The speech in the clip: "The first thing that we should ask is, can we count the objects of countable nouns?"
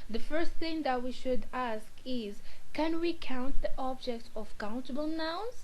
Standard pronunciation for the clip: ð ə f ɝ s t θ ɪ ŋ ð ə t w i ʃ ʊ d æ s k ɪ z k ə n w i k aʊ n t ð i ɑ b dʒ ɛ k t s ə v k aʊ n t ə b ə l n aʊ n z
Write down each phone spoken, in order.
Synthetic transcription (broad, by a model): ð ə f ɝ s t θ ɪ ŋ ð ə t w i ʃ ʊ d æ s k ɪ z k ə n w i k aʊ n t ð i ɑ b dʒ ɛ k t ə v k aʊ n t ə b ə l n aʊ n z